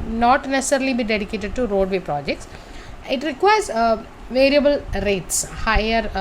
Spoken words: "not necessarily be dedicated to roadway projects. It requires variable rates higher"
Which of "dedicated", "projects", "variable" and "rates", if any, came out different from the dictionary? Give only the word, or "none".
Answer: none